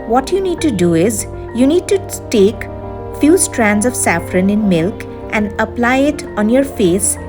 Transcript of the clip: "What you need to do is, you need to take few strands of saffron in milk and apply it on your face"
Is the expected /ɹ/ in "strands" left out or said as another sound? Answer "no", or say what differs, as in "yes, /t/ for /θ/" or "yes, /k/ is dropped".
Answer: no